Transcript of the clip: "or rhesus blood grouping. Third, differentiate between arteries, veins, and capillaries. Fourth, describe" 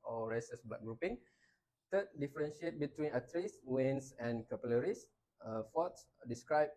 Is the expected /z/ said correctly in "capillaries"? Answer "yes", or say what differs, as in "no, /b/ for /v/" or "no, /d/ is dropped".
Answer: no, /s/ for /z/